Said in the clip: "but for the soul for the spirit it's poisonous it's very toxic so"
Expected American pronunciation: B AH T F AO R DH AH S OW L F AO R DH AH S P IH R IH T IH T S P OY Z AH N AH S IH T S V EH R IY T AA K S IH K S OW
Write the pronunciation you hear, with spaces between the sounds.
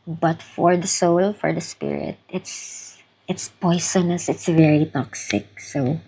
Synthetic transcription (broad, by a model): B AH T F AO R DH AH S OW L F AO R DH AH S P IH R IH T IH T S P OY S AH N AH S IH T S V EH R IY T AA K S IH K S OW